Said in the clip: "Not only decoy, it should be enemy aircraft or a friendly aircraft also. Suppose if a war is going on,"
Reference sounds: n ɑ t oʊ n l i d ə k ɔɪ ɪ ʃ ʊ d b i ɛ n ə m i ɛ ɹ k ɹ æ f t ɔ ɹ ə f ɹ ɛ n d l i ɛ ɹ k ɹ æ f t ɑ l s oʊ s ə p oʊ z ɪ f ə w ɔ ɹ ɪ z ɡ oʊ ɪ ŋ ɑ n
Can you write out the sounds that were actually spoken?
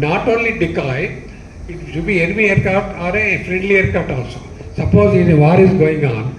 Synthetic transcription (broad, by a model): n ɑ t oʊ n l i d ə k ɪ ɪ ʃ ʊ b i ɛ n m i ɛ ɹ k ɑ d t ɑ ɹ ə f ɹ ɛ n d l i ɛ ɹ k ɑ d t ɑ s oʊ s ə p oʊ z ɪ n ə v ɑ ɹ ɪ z ɡ oʊ ɪ ŋ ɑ n